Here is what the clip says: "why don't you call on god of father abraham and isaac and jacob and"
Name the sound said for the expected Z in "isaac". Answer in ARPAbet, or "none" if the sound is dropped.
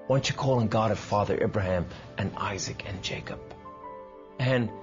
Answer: Z